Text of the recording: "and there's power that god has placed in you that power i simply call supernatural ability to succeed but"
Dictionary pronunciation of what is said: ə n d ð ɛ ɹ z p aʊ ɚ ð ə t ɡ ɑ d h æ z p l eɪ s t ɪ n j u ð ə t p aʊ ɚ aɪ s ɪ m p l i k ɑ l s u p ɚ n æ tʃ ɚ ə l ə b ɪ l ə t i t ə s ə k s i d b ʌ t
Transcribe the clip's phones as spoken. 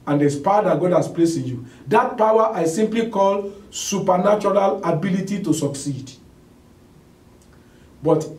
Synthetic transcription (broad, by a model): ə n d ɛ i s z p aʊ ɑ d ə t ɡ ɑ d h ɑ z p l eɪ s ɪ n j u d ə t p aʊ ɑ aɪ s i m p l i k ɑ l s u p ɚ n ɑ tʃ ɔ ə l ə b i l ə t i t ə s ə k s i d b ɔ t